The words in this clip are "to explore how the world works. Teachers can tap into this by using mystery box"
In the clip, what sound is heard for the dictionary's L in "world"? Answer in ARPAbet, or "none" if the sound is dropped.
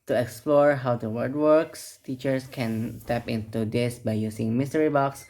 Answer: none